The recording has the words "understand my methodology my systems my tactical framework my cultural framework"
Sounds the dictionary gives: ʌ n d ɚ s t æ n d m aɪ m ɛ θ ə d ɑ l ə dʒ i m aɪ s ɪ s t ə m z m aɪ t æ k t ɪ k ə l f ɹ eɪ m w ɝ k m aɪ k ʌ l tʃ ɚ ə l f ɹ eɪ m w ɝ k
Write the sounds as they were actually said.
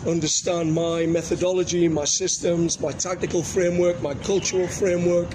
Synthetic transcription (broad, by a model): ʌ n d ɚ s t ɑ n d m aɪ m ɛ θ ə d ɑ l ə dʒ i m aɪ s ɪ s t ə m z m aɪ t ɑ k t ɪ k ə l f ɹ eɪ m w ɝ k m aɪ k ʌ l tʃ ɚ ə l f ɹ eɪ m w ɝ k